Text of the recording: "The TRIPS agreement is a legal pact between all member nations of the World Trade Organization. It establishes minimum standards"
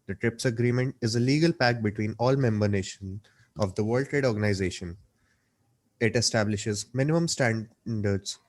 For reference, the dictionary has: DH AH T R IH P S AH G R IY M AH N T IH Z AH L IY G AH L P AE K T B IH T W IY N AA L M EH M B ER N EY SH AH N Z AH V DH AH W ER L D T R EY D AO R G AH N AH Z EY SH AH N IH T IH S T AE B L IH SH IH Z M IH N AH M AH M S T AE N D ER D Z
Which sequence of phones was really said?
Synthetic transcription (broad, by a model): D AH T R IH P S AH G R IY M AH N T IH Z AH L IY G AH L P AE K B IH T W IY N AA L M EH M B ER N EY SH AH N AH V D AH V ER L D T R EY D AO R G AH N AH Z EY SH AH N IH T IH S T AE B L IH SH IH Z M IH N AH M AH M S T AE N D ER D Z